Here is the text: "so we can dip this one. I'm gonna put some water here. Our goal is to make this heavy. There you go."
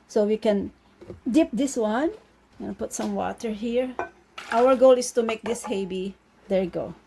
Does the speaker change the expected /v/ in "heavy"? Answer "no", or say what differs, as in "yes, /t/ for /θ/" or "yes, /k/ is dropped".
yes, /b/ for /v/